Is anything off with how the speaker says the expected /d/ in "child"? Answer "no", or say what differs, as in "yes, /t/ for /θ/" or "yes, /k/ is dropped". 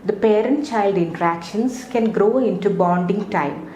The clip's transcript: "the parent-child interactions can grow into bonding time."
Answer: no